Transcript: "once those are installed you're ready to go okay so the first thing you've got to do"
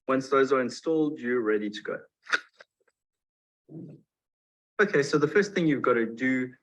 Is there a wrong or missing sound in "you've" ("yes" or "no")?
no